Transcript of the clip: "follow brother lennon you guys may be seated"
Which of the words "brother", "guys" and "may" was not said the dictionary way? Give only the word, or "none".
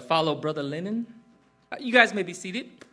none